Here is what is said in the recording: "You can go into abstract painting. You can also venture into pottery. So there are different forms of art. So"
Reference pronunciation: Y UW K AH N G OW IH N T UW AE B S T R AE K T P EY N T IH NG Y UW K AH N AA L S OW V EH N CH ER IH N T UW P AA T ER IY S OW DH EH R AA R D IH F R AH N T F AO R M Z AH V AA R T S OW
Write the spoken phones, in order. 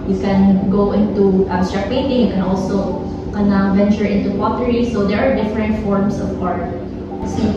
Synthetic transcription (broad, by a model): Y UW K AH N G OW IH N T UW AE S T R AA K P EY N T IH NG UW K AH N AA L S OW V EH N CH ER IH N T UW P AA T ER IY S OW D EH R AA R D IH F R AH N T F AO R M S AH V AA R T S